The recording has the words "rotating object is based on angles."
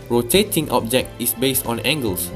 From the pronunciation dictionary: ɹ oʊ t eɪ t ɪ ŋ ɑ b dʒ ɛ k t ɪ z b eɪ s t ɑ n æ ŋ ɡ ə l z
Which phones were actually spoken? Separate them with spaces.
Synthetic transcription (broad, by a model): ɹ oʊ t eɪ t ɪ ŋ ɑ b dʒ ɛ k t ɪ s b eɪ s t ɑ n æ ŋ ɡ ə l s